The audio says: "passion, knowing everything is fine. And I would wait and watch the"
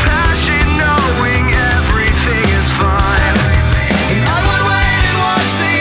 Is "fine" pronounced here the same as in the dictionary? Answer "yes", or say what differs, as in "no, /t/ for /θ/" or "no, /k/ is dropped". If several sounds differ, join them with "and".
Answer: no, /n/ is dropped